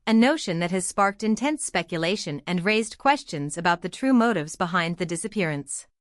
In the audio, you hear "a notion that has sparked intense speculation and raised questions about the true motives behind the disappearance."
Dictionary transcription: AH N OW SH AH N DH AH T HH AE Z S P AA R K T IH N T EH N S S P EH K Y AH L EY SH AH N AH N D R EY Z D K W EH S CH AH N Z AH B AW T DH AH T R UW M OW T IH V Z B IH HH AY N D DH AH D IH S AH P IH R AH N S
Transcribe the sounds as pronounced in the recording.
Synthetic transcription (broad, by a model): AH N OW SH AH N DH AH T HH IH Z S P AA R K T IH N T EH N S S P EH K Y AH L EY SH AH N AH N R EY Z D K W EH S CH AH N Z AH B AW T DH AH T R UW M OW T IH V Z B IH HH AY N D DH AH D IH S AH P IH R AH N S